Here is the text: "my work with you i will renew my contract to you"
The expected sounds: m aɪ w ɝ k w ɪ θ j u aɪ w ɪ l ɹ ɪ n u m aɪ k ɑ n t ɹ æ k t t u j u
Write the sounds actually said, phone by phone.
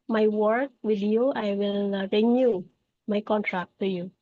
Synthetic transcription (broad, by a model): m aɪ w ɝ k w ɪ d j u aɪ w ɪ l ɹ ɪ n u m aɪ k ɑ n t ɹ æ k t t u j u